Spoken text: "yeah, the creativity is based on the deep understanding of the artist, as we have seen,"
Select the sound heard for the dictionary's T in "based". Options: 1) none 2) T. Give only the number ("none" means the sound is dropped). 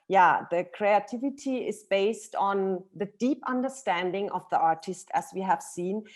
2